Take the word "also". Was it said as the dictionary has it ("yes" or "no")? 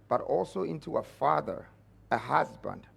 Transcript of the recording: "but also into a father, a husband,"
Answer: yes